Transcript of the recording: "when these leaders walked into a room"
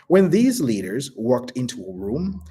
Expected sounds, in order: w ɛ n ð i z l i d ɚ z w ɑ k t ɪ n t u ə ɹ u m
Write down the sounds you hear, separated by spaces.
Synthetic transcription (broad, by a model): w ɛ n ð i z l i d ɚ z w ɑ k t ɪ n t u ə ɹ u m